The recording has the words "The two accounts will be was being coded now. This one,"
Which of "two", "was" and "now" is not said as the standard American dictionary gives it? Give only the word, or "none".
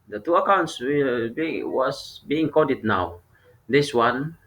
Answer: was